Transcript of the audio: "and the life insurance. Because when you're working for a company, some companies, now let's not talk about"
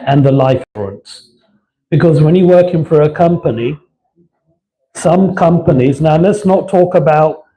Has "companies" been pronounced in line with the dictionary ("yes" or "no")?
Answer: yes